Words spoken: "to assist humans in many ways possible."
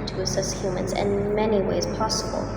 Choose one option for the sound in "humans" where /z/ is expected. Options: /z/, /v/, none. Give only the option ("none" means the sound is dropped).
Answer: /z/